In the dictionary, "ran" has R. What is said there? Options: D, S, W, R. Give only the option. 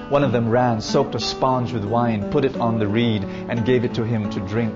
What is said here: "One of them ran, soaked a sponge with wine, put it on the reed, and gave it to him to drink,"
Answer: R